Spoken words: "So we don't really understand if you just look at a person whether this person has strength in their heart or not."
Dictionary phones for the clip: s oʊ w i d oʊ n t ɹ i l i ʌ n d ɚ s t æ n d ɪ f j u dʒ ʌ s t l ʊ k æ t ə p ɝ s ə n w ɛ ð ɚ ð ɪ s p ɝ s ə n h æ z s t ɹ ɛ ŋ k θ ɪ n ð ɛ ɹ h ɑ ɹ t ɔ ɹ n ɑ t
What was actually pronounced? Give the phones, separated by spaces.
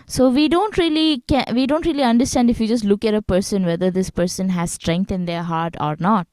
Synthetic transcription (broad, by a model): s oʊ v i d oʊ n t ɹ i l i ʌ n d ɚ s t æ n d ɪ f j u dʒ ʌ s t l ʊ k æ t ə p ɝ s ə n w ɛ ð ɚ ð ɪ s p ɝ s ə n h æ z s t ɹ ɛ ŋ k t ɪ n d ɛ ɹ h ɑ ɹ t ɔ ɹ n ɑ t